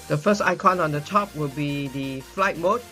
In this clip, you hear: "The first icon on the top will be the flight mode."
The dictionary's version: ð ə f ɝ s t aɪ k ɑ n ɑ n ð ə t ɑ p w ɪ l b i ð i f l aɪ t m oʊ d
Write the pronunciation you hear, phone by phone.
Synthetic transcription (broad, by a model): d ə f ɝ s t aɪ k ɑ n ɑ n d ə t ɑ p w ɪ l b i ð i f l aɪ t m oʊ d